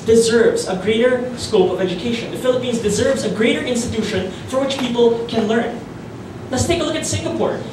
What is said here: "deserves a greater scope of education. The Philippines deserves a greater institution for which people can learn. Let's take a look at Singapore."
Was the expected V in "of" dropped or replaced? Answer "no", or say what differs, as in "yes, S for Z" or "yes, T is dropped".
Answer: no